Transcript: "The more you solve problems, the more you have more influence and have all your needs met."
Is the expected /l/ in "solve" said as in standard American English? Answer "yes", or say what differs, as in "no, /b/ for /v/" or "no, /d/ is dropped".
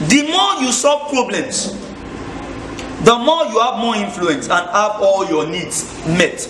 no, /l/ is dropped